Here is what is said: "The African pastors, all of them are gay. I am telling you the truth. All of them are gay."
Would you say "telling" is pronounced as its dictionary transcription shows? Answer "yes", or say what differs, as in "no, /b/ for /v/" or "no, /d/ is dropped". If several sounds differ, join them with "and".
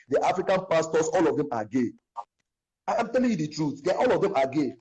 yes